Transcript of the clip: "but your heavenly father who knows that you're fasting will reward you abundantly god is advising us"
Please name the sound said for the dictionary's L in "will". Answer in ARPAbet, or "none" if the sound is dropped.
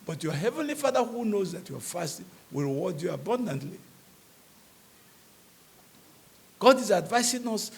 L